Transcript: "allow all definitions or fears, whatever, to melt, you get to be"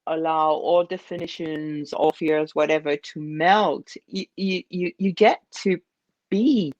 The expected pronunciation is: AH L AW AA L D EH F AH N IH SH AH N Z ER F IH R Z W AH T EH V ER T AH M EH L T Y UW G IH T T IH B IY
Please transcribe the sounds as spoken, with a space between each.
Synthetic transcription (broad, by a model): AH L AW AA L D EH F AH N IH SH AH N Z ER F IH R Z W AH T EH V ER T AH M EH L T Y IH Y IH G T IH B IY